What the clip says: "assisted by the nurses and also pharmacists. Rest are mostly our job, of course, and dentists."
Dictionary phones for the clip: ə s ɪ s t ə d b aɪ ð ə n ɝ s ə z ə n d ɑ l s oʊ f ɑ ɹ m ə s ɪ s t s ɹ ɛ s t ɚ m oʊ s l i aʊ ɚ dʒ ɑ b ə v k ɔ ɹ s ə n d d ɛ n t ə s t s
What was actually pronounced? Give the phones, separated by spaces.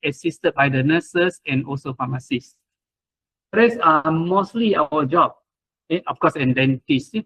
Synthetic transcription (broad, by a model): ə s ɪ s t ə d b aɪ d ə n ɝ s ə s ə n ɑ l s oʊ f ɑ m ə s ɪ s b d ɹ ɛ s ɚ m oʊ s l i aʊ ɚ dʒ ɑ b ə f k ɔ s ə n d d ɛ n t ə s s